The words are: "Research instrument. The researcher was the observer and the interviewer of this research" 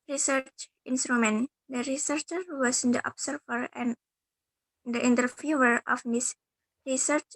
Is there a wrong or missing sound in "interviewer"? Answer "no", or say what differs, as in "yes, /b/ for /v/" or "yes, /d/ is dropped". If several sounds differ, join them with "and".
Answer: yes, /f/ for /v/